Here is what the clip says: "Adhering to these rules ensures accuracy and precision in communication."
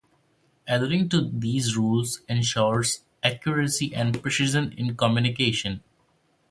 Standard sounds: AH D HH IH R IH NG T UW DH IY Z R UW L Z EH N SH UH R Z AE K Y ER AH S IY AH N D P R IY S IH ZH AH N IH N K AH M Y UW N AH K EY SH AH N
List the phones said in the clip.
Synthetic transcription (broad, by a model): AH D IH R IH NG T UW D IY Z R UW L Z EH N SH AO R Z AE K Y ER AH S IY AH N D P R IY SH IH Z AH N IH N K AH M Y UW N AH K EY SH AH N